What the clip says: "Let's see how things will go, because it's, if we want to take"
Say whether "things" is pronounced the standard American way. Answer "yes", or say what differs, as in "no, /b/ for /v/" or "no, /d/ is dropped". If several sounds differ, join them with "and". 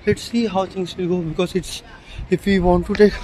no, /t/ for /θ/